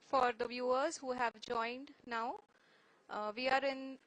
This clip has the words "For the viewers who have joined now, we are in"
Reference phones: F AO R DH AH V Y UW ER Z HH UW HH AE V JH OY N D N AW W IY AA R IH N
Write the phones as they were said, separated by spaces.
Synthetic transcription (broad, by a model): F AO R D AH V Y UW ER Z HH UW HH AE V JH OY N D N AW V IY AA R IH N